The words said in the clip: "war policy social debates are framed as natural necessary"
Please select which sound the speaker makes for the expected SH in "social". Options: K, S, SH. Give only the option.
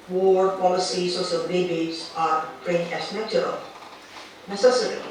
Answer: S